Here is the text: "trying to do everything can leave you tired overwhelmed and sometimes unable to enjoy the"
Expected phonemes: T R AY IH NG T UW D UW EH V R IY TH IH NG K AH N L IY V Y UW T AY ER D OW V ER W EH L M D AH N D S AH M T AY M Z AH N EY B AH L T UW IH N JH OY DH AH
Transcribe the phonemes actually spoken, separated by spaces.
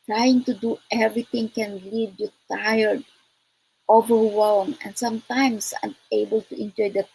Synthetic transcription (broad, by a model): T R AY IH NG T UW D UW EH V R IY T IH NG K AH N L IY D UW T AY ER D OW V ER W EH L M AH N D S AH M T AY M S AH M EY B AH L T UW IH N JH OY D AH